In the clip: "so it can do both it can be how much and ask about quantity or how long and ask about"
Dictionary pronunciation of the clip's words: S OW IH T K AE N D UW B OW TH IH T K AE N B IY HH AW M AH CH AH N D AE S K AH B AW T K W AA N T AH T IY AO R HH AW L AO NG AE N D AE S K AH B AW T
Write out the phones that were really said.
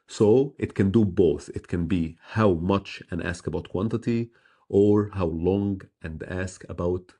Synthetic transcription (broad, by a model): S OW IH T K AE N D UW B OW TH IH T K AE N B IY HH AW M AH CH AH N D AE S K AH B AW T K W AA N T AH T IY AO R HH AW L AO NG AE N D AE S K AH B AW T